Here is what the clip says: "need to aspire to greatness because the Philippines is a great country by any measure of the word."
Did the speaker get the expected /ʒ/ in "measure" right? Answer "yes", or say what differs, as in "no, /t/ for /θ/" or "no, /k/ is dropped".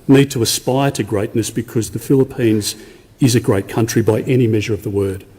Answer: yes